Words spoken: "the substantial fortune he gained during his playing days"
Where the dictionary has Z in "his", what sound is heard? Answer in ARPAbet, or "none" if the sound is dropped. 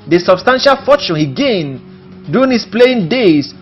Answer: S